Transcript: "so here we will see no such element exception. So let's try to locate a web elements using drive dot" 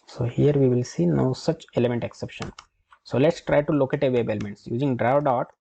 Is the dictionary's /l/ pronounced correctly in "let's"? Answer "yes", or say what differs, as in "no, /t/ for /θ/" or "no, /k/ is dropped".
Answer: yes